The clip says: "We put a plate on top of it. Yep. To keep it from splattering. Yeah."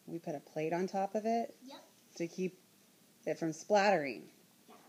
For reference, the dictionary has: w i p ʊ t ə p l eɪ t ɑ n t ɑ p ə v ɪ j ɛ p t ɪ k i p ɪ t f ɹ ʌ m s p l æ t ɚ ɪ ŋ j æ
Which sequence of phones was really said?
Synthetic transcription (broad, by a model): w i p ʊ t ə p l eɪ t n t ɑ p ə v ɪ t ɪ k i p ɪ t f ɹ ʌ m s p l æ t ɚ ɪ ŋ